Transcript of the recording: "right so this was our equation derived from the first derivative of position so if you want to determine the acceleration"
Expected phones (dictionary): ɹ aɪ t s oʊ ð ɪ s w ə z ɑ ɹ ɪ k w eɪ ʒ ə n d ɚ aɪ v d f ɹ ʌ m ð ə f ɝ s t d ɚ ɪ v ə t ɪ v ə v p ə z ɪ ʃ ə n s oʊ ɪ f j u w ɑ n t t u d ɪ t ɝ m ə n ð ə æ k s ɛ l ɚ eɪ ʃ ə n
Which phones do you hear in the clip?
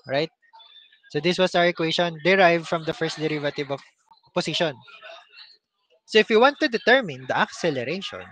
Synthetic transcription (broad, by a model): ɹ aɪ t s oʊ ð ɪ s w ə s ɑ w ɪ k w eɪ ʃ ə n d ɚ aɪ v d f ɹ ʌ m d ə f ɝ s t d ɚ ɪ v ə t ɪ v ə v p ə s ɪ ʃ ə n s oʊ ɪ f j u w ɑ n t t u d ɪ t ɝ m ə n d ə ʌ k s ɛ l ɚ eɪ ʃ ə n